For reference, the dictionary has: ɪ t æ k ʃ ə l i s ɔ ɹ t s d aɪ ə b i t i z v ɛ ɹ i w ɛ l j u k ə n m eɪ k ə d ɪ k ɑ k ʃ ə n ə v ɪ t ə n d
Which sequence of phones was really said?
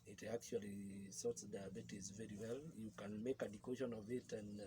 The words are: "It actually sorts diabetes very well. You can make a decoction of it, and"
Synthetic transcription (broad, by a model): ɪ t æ k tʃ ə l i s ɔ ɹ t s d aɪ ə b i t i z v ɛ ɹ i w ɛ l j u k ə n m eɪ k ə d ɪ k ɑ ʃ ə n ə v ɪ t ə n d